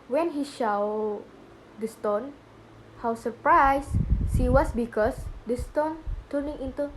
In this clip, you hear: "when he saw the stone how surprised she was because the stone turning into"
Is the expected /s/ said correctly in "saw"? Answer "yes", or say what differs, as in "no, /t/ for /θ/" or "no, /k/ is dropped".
no, /ʃ/ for /s/